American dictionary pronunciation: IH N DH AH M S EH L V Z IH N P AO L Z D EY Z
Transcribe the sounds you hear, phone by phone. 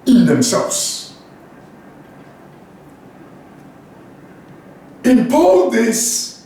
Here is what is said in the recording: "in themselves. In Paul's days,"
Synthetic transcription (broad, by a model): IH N DH AH M S EH L V Z IH N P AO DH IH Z